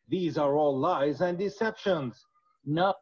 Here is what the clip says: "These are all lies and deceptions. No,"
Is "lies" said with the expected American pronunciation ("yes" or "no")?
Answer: yes